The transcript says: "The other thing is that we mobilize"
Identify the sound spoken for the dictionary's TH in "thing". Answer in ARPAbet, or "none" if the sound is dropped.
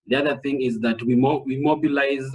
TH